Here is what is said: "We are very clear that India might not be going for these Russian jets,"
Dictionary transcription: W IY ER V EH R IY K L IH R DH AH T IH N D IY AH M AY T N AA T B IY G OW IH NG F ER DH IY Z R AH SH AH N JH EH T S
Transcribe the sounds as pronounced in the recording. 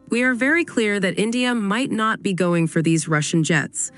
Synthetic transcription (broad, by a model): W IY ER V EH R IY K L IH R DH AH T IH N D IY AH M AY T N AA T B IY G OW IH NG F ER DH IY Z R AH SH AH N JH EH T S